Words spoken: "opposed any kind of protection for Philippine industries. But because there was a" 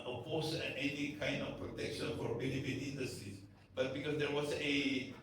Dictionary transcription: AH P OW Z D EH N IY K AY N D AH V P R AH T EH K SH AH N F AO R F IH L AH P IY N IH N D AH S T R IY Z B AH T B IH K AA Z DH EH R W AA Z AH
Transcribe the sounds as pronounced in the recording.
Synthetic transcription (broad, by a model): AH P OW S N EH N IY K AY N D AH F P R AH T EH K SH AH N F AO R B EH N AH F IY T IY N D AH S T R IY S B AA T B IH K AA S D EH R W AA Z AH